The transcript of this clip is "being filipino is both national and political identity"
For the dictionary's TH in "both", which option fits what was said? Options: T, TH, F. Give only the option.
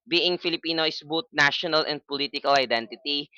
T